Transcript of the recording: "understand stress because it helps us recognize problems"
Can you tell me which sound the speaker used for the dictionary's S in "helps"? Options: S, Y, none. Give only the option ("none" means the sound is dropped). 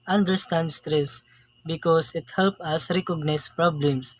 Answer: none